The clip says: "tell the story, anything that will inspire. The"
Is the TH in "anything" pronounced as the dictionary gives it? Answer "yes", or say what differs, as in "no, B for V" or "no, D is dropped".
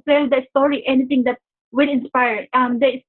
no, T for TH